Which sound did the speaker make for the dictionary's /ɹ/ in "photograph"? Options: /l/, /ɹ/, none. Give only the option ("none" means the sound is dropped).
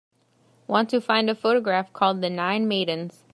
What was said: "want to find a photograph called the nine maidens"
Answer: /ɹ/